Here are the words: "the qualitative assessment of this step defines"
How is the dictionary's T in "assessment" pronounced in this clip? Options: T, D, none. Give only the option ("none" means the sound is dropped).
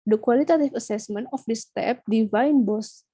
none